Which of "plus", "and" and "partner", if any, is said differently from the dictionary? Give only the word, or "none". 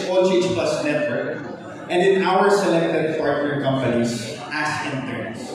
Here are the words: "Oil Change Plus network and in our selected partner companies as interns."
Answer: partner